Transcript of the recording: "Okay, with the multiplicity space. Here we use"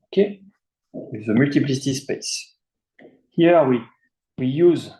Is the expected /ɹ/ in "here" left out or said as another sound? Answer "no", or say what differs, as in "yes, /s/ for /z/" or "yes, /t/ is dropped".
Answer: yes, /w/ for /ɹ/